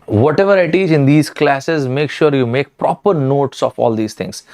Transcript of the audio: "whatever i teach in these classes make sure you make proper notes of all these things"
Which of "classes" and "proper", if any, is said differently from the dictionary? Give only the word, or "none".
none